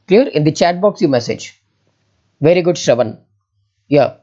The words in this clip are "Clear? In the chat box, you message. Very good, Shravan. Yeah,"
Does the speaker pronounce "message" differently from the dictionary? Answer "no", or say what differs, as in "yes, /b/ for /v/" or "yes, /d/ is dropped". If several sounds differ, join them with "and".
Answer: no